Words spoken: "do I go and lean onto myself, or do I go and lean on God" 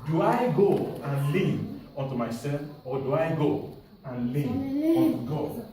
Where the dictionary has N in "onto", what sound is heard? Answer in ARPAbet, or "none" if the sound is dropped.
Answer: N